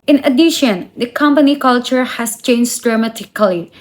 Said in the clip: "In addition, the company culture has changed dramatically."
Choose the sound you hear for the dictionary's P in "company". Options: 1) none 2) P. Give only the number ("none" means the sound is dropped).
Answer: 2